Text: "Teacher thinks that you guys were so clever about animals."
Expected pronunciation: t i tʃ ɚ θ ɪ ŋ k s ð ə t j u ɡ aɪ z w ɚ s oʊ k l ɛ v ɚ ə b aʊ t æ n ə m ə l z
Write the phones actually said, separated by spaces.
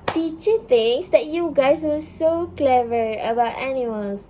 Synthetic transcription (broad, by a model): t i tʃ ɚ t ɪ ŋ s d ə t j u ɡ aɪ s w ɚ s oʊ k l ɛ v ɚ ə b aʊ t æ n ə m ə l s